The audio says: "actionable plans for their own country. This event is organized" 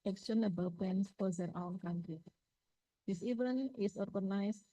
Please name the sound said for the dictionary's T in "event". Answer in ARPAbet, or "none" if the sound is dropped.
none